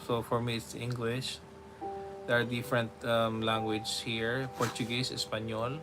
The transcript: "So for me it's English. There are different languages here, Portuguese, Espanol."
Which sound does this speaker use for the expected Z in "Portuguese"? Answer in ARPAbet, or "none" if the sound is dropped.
S